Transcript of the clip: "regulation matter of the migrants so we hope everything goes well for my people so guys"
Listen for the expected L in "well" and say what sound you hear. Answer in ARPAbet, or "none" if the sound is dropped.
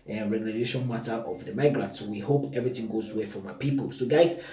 W